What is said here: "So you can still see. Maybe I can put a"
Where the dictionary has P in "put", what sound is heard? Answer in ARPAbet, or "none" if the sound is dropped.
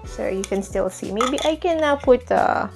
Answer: P